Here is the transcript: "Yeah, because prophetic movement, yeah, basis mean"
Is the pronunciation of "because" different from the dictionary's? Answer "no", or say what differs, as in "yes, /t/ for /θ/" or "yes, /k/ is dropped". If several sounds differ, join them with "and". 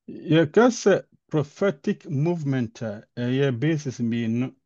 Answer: yes, /z/ is dropped